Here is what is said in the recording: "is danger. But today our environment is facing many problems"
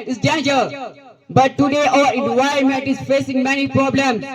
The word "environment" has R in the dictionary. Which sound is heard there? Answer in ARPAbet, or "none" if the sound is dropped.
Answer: none